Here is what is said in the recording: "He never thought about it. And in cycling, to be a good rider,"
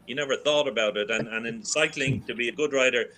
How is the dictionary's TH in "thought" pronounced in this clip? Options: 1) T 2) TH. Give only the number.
2